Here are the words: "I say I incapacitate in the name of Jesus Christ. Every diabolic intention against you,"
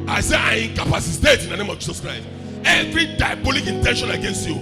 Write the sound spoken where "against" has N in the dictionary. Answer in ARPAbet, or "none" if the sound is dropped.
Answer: N